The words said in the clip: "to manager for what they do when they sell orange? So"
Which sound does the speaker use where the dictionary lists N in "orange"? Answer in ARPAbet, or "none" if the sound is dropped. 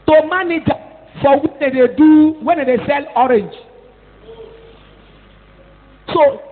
N